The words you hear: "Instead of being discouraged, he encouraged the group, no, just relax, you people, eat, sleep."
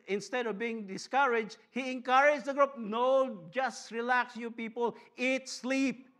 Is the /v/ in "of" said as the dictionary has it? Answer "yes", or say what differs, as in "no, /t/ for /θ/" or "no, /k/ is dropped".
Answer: yes